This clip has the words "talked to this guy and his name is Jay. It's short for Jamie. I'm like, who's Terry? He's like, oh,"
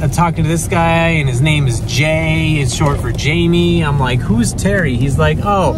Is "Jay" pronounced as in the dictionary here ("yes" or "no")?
yes